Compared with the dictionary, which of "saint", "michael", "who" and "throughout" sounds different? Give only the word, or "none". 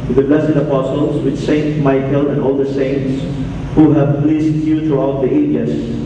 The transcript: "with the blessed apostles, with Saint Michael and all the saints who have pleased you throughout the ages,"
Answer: throughout